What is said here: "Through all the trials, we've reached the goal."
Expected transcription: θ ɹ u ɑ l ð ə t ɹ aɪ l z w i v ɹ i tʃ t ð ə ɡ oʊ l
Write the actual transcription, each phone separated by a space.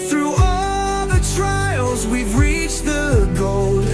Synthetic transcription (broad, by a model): θ ɹ u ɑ ð ə t ɹ aɪ l z w i v ɹ i tʃ ð ə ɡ oʊ l